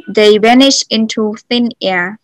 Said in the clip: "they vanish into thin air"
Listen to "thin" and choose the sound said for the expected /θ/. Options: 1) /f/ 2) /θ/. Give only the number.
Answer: 2